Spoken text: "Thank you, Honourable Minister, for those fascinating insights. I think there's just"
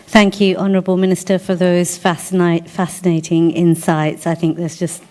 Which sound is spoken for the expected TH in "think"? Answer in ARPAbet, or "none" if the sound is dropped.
TH